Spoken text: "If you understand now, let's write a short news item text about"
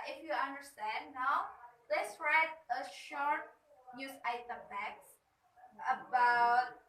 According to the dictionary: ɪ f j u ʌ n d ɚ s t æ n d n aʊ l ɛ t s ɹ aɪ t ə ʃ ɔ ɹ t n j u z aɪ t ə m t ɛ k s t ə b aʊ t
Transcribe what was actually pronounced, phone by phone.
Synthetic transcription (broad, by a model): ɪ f j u ʌ n d ɚ s t æ n d n aʊ l ɛ t s ɹ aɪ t ə ʃ ɔ ɹ t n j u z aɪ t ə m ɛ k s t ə b aʊ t